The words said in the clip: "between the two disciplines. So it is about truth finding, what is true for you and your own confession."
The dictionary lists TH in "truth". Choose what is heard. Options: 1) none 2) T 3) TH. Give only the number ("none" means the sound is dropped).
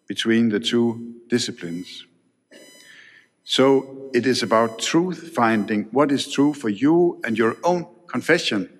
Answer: 3